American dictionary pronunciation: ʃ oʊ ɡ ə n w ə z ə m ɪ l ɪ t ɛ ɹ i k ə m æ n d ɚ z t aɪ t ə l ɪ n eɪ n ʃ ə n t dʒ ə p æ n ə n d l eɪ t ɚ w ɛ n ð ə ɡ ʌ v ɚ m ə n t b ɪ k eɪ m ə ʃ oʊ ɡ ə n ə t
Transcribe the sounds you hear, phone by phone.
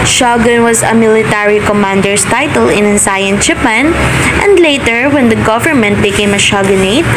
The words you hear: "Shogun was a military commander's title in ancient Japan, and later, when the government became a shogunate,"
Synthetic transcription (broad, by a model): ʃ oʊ ɡ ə n w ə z ə m ɪ l ɪ t ɛ ɹ i k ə m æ n d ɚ s t aɪ t ə l ɪ n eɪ n s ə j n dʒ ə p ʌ n ə n d l eɪ t ɚ w ɛ n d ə ɡ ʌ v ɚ m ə n t b ɪ k eɪ m ə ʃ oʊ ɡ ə n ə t